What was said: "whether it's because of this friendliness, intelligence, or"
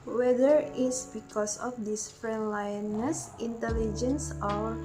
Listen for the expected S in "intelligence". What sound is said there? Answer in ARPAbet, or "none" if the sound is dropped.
S